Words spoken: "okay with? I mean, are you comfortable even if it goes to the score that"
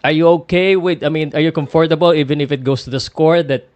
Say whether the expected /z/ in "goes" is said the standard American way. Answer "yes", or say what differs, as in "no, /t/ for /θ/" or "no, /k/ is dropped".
no, /s/ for /z/